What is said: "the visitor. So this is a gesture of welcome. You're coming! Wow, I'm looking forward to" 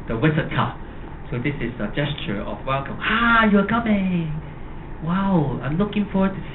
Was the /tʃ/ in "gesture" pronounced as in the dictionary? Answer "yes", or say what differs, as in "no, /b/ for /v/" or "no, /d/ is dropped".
yes